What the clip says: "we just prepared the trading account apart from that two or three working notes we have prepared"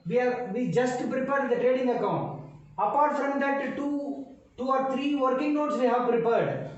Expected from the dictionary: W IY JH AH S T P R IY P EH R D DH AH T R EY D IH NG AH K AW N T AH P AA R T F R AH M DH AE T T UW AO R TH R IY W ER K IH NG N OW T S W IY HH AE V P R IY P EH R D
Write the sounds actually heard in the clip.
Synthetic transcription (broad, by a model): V IY JH AH S T P R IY P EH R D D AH T R EY D IH NG AH K AW N T AH P AA R T F R AH M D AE T T UW AO R T R IY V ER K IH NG N OW T S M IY HH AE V P R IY P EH R D